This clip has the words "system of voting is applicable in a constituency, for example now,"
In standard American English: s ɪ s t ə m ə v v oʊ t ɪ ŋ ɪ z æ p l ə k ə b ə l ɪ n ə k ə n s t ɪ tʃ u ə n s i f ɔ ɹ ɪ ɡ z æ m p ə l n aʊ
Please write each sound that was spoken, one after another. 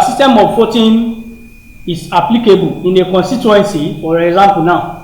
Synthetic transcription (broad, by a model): s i s t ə m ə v f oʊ t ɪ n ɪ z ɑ p l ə k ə b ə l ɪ n ə k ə n s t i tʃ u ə n s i f ɔ ɹ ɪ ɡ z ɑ m p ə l n aʊ